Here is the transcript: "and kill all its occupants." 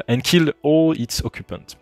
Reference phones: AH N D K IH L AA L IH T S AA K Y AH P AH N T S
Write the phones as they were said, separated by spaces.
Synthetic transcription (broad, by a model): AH N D K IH L AA L IH T S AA K Y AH P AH N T